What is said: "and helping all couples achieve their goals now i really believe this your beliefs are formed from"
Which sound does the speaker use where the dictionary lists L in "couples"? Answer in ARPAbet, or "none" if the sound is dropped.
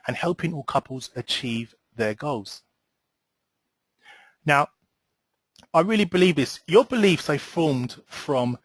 L